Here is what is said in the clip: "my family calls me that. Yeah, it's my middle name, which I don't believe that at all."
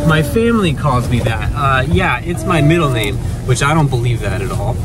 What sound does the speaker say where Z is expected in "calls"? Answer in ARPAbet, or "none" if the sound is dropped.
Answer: Z